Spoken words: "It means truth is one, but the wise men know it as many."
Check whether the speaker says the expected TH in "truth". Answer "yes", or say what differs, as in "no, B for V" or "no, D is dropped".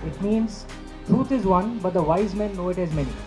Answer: no, T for TH